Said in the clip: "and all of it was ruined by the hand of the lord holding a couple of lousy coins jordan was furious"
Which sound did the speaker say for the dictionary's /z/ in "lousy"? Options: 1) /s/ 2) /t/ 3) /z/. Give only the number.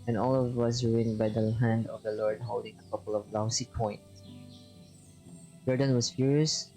1